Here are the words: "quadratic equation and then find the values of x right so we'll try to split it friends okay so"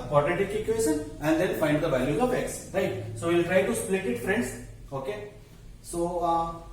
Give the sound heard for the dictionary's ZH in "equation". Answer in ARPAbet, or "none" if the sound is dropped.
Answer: S